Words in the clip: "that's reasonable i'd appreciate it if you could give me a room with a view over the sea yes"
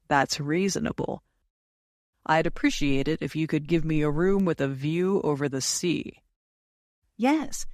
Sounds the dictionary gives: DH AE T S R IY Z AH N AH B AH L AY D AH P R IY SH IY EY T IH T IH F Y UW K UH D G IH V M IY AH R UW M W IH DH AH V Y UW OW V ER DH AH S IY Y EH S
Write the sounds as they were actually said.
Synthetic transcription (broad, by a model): DH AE T S R IY Z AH N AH B L AY D AH P R IY SH IY EY T IH T IH F Y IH K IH D G IH V M IY AH R UW M W IH DH AH V Y UW OW V ER DH AH S IY Y EH S